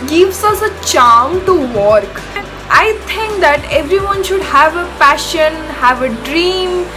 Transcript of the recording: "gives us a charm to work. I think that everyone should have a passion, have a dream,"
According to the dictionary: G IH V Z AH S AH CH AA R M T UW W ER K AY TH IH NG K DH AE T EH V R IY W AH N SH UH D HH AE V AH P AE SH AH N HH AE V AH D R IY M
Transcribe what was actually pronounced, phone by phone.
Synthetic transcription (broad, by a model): G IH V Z AH S AH CH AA M T UW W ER K AY T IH NG K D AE T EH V R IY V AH N SH UH D HH AE V AH F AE SH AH N HH AE V AH D R IY M